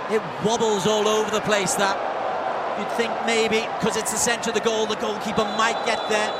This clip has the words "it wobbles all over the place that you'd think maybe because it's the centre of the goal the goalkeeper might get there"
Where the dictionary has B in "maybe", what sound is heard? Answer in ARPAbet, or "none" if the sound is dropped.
none